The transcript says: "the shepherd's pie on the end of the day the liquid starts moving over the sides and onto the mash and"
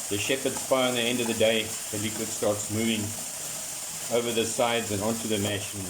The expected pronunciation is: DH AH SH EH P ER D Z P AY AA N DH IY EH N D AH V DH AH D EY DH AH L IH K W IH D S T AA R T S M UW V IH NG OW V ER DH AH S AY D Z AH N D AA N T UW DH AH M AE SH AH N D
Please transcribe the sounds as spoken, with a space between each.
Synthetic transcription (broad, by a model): DH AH SH EH P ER D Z F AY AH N DH IY EH N D AH V DH AH D EY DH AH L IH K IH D S T AA R T S M UW V IH NG OW V ER DH AH S AY D Z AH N AA N T UW DH AH M AE SH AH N